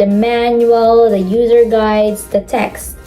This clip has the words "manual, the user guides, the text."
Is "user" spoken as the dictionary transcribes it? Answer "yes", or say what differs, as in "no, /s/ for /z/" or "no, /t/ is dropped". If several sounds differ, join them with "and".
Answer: yes